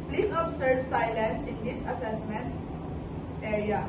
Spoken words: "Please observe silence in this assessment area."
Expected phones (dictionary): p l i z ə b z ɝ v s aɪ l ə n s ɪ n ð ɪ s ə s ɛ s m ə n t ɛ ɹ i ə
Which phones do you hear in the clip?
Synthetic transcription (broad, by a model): p l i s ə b s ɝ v s aɪ l ə n s ɪ n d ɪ s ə s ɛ s m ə n t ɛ ɹ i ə